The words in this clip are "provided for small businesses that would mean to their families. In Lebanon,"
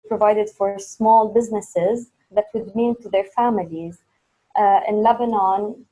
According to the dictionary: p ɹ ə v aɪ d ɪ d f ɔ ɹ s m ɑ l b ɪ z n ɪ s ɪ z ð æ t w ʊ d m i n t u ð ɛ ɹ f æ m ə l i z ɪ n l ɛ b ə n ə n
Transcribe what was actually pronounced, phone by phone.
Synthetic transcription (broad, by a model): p ɹ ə v aɪ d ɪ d f ɔ ɹ s m ɑ l b ɪ z n ɪ s ɪ z ð æ t w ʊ d m i n t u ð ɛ ɹ f æ m ə l i z ɪ n l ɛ b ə n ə n